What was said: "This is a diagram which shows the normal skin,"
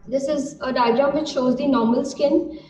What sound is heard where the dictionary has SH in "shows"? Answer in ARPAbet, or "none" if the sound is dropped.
SH